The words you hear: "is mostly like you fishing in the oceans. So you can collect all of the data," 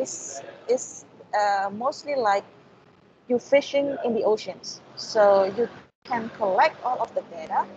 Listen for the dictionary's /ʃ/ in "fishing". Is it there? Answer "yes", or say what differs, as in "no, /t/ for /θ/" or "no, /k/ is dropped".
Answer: yes